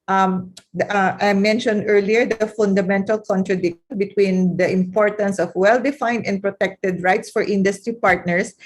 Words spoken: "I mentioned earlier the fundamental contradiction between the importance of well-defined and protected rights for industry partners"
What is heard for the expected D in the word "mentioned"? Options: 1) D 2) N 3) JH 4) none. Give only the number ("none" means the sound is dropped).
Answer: 1